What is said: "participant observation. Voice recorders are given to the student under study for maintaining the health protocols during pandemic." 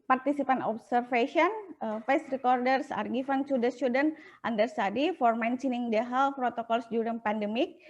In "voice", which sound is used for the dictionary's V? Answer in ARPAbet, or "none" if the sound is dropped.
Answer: F